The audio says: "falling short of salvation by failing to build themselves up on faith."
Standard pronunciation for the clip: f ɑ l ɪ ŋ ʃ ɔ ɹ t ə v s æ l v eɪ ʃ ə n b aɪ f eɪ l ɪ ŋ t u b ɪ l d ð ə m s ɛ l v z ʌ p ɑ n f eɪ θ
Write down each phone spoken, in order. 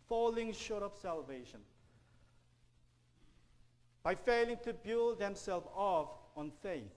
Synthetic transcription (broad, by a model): f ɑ l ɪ ŋ ʃ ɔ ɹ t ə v s æ l v eɪ ʃ ə n b aɪ f eɪ l ɪ ŋ t u b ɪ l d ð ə m s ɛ l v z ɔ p ɑ n f eɪ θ